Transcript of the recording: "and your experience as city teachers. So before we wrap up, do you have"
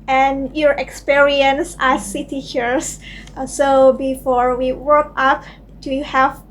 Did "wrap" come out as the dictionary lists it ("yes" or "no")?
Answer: no